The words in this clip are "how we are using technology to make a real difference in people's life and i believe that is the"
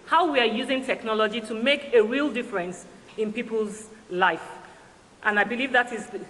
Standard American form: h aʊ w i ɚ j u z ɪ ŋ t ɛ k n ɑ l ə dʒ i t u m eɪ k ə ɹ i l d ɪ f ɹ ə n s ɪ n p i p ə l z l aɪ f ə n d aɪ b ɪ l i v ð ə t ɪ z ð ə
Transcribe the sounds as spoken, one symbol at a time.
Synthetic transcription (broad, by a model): h aʊ w i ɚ j u z ɪ ŋ t ɛ k n ɑ l ə dʒ i t u m eɪ k ə ɹ i l d ɪ f ɹ ə n s ɪ n p i p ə l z l aɪ f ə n aɪ b ɪ l i v ð ə t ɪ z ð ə